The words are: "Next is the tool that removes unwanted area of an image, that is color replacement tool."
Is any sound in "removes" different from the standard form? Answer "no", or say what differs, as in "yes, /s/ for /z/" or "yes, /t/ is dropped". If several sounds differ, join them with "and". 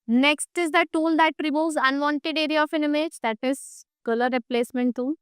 yes, /v/ is dropped